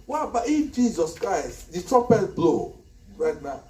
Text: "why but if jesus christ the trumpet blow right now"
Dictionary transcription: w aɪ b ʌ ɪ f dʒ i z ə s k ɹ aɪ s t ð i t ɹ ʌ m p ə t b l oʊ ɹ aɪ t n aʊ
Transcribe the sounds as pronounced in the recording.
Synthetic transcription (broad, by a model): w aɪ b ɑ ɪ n dʒ i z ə s k ɹ aɪ s t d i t ɹ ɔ p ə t b l oʊ ɹ aɪ t n aʊ